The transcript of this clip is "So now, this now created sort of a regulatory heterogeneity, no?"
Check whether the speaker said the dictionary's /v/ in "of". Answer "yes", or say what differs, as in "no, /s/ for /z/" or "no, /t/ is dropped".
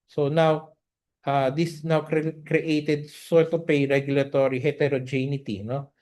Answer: no, /p/ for /v/